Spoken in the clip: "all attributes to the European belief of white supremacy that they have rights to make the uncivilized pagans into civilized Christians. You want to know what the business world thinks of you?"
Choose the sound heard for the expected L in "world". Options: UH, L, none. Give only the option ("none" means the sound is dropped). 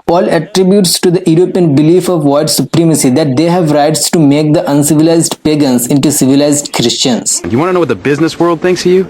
L